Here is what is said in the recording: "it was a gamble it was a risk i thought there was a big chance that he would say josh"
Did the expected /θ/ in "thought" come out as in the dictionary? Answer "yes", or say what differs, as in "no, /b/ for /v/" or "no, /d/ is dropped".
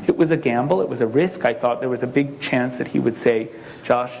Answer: yes